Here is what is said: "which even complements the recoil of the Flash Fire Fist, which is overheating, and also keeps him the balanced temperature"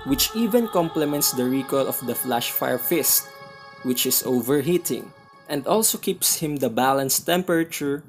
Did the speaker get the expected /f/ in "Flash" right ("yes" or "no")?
yes